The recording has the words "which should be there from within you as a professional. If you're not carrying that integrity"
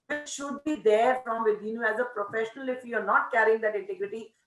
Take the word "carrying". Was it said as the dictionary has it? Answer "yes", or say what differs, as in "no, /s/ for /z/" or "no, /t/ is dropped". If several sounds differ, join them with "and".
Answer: yes